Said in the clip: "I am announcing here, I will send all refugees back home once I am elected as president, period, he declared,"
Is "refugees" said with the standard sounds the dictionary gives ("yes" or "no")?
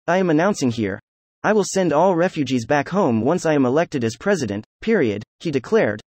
yes